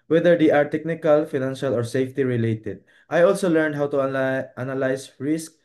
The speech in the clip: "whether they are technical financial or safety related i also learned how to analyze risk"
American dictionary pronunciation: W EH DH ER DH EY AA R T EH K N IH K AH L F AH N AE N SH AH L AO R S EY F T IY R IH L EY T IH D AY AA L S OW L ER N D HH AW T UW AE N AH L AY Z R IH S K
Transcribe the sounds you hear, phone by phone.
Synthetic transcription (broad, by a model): W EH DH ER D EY AA R T EH K N IH K AH L F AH N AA N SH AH L AO R S EY F T IY R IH L EY T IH D AY AA L S OW L ER N D HH AW T UW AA N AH L AY S R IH S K